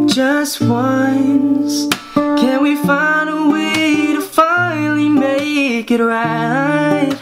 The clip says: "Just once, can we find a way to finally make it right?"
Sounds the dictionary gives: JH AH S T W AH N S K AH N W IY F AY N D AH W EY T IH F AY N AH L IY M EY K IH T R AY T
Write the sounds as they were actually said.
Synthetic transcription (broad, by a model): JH AH S T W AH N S K AH N W IY F AY N D AH W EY T IH F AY AH L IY M EY K IH T R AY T